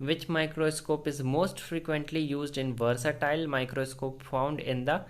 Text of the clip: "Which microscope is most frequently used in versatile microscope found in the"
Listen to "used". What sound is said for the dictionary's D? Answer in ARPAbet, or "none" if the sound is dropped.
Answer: D